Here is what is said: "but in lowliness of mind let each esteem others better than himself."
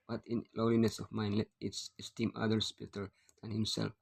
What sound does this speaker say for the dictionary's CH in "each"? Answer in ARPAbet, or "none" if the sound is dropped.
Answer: S